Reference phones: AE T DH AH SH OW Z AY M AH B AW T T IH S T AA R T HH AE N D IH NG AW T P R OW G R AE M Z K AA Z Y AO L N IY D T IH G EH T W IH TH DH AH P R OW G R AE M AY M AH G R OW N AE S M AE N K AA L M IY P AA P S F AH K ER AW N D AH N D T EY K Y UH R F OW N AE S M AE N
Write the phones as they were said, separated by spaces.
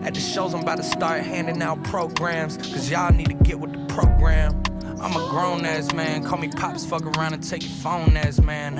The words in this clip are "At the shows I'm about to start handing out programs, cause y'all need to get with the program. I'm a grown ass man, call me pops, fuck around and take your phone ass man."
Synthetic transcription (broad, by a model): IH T DH AH SH OW Z AY M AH B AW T T IH S T AA R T HH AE N D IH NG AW P R OW G R AE M Z K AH Z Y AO N IY D T IH G EH T W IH DH AH P R OW G R AE M AY M AH G R OW N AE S M AE N K AA L M IY P AA P S F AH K ER AW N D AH N T EY K Y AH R F OW N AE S M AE N